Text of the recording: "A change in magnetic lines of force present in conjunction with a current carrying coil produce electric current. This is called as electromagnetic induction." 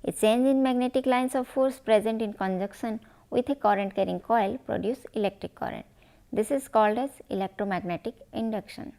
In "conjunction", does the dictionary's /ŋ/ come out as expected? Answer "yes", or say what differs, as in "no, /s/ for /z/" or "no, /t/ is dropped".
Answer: no, /ŋ/ is dropped